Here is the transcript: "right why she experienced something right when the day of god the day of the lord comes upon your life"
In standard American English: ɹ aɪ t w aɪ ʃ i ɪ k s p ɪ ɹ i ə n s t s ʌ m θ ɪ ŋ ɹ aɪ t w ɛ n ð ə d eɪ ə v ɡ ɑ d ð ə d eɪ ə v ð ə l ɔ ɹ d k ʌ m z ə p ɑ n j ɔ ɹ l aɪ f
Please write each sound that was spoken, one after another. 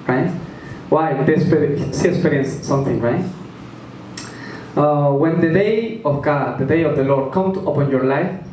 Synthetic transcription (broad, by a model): ɹ aɪ t w aɪ s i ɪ k s p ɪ ɹ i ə n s s ʌ m θ ɪ ŋ ɹ aɪ t w ɛ n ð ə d eɪ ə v ɡ ɑ d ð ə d eɪ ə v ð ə l ɔ ɹ d k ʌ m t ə p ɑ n j ɔ ɹ l aɪ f